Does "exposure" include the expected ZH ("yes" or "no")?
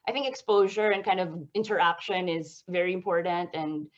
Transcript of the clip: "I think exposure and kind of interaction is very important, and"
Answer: yes